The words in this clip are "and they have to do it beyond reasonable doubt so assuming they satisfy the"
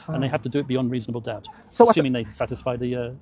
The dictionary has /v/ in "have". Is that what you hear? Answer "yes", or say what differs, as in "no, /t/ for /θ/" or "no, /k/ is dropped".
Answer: no, /f/ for /v/